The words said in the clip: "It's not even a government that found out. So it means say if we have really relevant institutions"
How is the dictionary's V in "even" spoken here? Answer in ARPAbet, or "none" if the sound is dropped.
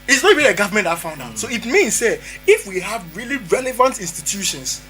B